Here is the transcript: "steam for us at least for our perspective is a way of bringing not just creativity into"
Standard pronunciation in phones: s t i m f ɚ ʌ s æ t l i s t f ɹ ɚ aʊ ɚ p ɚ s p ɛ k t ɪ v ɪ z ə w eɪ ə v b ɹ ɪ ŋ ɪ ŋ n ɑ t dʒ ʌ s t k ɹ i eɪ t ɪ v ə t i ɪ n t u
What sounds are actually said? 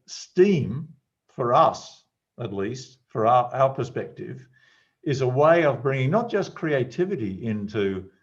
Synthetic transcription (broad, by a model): s t i m f ɚ ʌ s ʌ t l i s t f ɹ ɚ aʊ ɚ p ɚ s p ɛ k t ɪ v ɪ z ə w eɪ ə v b ɹ ɪ ŋ ɪ ŋ n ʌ t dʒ ʌ s k ɹ i eɪ t ɪ v ə t i ɪ n t u